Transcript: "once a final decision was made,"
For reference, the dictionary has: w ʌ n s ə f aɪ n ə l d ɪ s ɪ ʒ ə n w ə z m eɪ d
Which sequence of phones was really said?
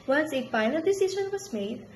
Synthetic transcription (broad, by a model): w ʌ n s ə p aɪ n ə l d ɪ s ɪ ʃ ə n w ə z m eɪ d